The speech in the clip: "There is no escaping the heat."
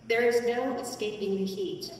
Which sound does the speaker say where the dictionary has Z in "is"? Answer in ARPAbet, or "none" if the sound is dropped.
Z